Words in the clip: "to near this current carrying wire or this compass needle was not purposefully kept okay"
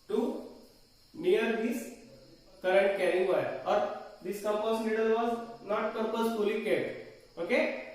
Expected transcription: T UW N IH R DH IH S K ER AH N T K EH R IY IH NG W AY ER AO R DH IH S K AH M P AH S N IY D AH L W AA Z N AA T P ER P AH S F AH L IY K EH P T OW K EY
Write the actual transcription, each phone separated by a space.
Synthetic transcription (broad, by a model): T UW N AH R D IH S K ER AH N T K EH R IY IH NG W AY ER AO R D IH S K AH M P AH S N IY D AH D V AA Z N AA T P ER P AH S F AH L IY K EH T OW K EY